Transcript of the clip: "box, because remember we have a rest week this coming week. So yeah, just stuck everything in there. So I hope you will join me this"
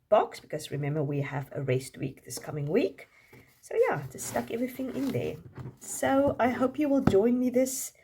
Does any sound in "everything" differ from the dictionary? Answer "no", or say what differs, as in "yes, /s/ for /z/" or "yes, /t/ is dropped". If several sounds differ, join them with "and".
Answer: no